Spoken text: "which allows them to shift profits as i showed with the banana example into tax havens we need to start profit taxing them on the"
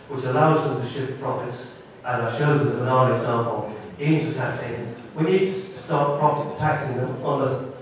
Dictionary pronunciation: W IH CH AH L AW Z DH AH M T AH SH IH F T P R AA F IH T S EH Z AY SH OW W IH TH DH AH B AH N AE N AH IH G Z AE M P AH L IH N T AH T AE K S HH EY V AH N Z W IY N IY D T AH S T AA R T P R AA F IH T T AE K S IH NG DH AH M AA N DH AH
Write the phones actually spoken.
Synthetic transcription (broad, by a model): W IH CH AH L AW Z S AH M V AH SH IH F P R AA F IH T S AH Z AY SH OW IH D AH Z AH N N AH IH G Z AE M P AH L IH N T AH T AE K S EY AH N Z W IY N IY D T AH S T AA R T P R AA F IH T T AE K S IH NG DH AH M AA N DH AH